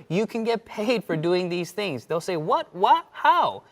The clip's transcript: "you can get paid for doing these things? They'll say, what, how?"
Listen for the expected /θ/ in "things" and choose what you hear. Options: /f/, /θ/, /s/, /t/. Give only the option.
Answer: /θ/